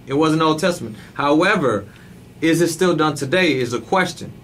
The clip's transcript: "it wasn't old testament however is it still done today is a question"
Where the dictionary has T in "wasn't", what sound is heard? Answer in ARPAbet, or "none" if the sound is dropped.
none